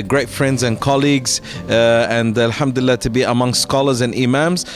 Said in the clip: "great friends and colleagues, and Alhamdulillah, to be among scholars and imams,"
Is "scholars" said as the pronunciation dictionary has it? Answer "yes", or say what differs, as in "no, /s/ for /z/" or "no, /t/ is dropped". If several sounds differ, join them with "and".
yes